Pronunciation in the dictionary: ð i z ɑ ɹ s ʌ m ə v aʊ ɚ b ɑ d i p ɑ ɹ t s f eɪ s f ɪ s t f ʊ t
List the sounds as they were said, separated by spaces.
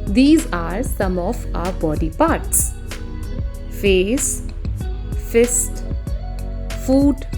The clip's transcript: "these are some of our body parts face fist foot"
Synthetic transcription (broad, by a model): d i z ɑ ɹ s ʌ m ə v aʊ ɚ b ɑ d i p ɑ ɹ t s f eɪ s f ɪ s t f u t